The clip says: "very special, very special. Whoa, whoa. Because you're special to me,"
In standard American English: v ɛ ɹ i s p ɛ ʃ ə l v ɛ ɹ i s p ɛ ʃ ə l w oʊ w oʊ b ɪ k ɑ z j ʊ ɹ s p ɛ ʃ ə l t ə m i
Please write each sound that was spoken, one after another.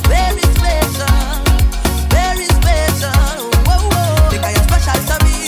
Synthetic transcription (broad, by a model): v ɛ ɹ i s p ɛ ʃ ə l v ɛ ɹ i s p ɛ ʃ ə l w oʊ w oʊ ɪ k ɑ j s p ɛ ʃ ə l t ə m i